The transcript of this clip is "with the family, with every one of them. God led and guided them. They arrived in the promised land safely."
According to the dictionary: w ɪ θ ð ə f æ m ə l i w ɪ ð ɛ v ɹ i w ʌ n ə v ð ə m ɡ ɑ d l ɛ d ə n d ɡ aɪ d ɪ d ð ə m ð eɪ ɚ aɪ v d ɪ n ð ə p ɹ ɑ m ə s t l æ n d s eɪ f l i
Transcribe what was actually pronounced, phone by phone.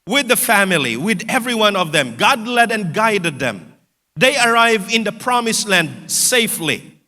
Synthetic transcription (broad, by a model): w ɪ ð ə f æ m ə l i w ɪ ð ɛ v ɹ i w ʌ n ə v ð ə m ɡ ɑ d l ɛ d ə n ɡ aɪ d ɪ d ð ə m ð eɪ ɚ aɪ v ɪ n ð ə p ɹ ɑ m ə s l æ n d s eɪ f l i